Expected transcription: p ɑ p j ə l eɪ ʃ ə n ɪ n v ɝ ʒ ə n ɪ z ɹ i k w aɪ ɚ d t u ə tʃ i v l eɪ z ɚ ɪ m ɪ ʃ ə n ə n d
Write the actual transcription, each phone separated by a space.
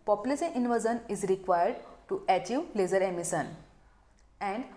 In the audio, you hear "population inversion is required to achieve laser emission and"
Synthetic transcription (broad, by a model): p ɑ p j l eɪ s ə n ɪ n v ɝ z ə n ɪ z ɹ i k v aɪ ɚ d t u ə tʃ i v l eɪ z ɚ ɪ m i s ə n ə n d